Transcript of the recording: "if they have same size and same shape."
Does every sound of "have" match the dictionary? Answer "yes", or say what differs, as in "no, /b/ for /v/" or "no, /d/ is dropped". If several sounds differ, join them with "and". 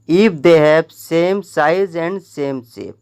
no, /p/ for /v/